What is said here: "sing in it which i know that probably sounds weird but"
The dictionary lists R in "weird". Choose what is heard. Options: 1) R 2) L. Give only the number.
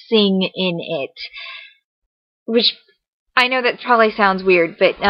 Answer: 1